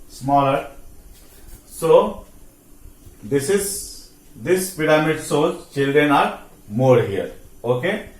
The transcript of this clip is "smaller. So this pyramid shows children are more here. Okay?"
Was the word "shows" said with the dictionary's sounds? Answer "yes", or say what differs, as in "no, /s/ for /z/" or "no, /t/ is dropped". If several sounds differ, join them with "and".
no, /s/ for /ʃ/